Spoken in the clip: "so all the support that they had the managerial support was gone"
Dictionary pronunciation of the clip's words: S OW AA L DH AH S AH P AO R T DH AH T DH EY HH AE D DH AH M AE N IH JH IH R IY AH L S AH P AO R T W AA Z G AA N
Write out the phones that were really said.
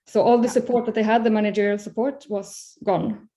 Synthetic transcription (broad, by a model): S OW AA L DH AH S AH P AO R T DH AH T DH EY HH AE D DH AH M AE N IH JH IH R IY AH L S AH P AO R T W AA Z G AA N